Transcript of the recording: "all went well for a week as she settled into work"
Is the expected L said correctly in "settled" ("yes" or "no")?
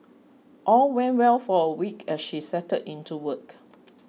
no